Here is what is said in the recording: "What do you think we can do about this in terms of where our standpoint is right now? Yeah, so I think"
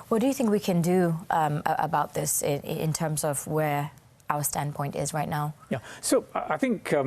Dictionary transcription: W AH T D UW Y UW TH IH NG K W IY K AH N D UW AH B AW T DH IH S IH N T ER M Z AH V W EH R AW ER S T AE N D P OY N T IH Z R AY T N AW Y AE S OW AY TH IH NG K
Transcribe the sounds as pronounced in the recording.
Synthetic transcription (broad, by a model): W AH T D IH Y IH TH IH NG K W IY K AH N D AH AH B AW T DH IH S IH N T ER M Z AH V W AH R AW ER S T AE N P OY N T IH Z R AY T N AW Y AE S OW AY TH IH NG K